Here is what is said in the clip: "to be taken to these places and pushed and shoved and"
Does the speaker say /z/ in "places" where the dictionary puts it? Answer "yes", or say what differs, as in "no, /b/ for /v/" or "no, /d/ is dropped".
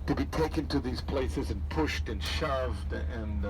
yes